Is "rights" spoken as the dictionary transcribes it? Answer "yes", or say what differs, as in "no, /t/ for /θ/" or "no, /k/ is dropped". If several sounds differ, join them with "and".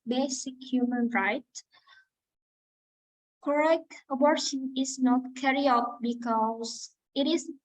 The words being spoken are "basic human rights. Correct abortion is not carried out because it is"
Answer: no, /s/ is dropped